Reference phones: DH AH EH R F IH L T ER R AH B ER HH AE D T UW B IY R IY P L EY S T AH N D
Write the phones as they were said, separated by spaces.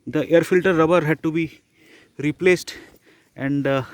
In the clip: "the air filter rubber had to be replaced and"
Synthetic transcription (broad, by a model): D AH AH R F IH L T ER R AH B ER HH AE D T UW B IY R IY P L EY S T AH N D